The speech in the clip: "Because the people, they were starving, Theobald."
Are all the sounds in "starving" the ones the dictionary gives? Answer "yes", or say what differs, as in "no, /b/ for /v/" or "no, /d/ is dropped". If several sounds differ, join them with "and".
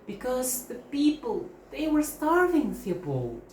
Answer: yes